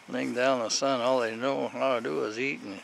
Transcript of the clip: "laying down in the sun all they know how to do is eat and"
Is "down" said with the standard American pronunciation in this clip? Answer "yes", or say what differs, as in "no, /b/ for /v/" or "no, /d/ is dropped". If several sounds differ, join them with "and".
no, /n/ is dropped